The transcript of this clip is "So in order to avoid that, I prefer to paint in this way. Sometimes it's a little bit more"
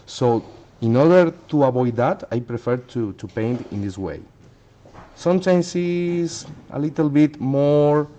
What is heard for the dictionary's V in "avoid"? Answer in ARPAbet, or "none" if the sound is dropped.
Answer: B